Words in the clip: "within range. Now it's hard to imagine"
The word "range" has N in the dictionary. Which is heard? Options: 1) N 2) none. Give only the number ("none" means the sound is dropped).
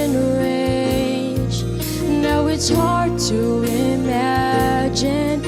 2